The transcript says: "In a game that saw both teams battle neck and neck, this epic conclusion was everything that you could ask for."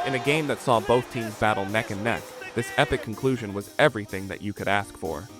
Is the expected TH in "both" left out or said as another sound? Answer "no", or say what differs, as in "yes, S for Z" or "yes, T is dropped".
no